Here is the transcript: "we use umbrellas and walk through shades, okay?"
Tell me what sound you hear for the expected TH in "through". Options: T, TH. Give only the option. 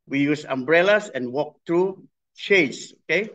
T